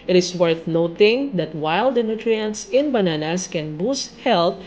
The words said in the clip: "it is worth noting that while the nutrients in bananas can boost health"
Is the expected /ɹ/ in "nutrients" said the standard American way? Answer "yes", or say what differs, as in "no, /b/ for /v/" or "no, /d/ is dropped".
yes